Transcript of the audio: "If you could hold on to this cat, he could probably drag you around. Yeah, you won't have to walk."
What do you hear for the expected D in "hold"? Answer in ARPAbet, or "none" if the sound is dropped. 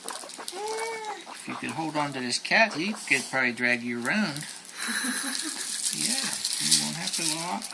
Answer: D